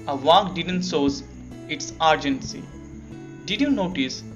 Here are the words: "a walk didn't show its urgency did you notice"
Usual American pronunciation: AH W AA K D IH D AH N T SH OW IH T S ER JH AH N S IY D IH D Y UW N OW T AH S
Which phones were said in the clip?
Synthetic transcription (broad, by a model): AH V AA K D IH D AH N T S OW IH T S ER JH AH N S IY D IH D Y UW N OW T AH S